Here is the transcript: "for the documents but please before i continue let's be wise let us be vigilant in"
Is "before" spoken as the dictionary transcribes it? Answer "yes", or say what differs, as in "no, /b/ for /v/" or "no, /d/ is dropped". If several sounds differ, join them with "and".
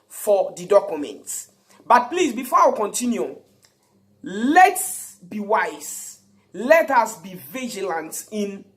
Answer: no, /w/ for /ɹ/